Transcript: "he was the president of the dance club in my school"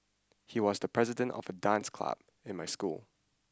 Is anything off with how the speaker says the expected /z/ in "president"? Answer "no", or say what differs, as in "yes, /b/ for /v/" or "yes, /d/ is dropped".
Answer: no